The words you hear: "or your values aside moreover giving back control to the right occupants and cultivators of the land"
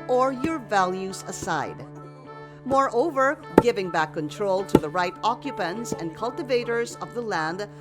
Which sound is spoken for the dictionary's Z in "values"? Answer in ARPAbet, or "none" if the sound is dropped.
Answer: Z